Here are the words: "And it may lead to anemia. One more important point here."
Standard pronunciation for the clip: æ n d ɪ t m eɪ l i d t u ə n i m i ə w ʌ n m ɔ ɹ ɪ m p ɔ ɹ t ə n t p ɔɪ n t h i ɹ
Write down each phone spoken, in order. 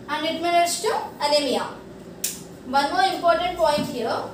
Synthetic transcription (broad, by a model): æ n d ɪ t m eɪ n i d t u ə l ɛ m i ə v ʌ n m ɔ ɹ ɪ m p ɔ ɹ t ə n t p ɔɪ n t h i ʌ